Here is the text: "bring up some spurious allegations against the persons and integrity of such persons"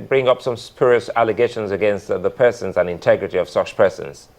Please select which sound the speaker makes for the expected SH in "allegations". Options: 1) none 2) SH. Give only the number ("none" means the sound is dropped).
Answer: 2